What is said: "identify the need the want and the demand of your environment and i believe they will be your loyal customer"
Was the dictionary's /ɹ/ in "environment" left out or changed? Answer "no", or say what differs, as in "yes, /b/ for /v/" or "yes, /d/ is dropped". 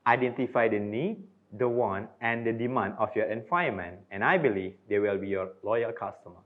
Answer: yes, /ɹ/ is dropped